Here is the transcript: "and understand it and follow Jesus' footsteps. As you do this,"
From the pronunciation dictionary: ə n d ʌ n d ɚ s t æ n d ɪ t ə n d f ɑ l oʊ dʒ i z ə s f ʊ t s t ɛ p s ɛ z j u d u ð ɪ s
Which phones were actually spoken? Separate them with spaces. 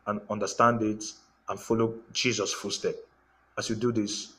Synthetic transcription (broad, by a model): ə n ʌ n d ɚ s t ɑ n d ɪ t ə n f ɑ l oʊ dʒ i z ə s f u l s t ɛ p ɑ s j u d u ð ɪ s